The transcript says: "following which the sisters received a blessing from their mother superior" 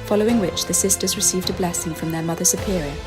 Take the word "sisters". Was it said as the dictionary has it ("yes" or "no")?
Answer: yes